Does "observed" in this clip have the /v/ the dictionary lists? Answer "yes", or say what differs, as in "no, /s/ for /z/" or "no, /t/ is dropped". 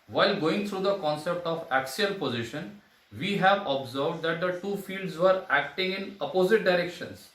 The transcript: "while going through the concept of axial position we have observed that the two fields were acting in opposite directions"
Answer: yes